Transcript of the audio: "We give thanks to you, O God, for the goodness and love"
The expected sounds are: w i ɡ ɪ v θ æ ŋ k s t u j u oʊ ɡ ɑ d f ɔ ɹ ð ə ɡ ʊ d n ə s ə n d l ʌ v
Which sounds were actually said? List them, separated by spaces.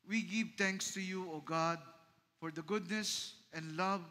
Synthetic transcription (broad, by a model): w i ɡ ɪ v t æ ŋ k s t u j u oʊ ɡ ɑ d f ɔ ɹ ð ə ɡ ʊ d n ə s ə n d l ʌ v